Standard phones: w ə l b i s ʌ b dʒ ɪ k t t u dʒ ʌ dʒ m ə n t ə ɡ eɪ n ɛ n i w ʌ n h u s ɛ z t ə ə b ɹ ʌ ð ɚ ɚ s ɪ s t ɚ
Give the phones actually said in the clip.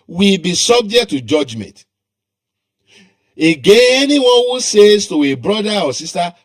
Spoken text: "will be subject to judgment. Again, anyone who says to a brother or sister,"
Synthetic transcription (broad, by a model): w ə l b i s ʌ b dʒ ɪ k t t u dʒ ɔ dʒ m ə n t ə ɡ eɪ ɛ n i w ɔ n h u s ɛ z t ə ə b ɹ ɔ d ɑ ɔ s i s t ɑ